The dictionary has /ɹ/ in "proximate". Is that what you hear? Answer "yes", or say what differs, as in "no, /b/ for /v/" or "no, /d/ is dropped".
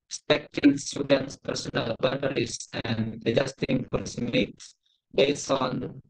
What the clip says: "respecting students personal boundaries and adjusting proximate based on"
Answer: no, /ɹ/ is dropped